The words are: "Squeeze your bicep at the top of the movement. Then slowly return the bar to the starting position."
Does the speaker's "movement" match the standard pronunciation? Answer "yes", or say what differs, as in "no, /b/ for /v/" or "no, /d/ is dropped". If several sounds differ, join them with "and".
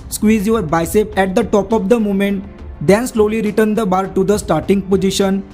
no, /v/ is dropped